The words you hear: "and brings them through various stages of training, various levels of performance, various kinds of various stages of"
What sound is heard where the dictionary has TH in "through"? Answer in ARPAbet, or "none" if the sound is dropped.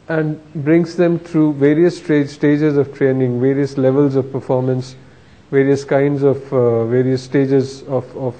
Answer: T